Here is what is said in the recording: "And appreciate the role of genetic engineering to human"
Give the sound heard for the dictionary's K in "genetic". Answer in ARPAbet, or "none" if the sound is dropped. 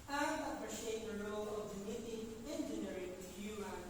none